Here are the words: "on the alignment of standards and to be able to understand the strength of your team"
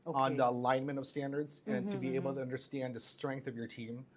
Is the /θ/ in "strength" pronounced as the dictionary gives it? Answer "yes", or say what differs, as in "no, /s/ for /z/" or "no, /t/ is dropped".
yes